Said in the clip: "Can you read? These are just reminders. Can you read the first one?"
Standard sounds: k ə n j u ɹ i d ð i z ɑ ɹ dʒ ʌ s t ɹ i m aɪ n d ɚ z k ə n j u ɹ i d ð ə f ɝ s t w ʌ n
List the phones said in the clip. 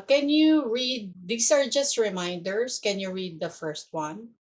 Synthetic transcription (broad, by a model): k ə n j u ɹ i d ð i s ɑ ɹ dʒ ʌ s t ɹ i m aɪ n d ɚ s k ə n j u ɹ i d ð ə f ɝ s t w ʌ n